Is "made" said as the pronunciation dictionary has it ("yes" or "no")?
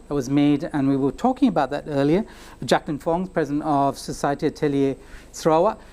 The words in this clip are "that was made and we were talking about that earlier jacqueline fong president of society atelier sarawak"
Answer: yes